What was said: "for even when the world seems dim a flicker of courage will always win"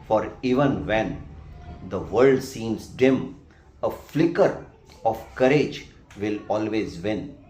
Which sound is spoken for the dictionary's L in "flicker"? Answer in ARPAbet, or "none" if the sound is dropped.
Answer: L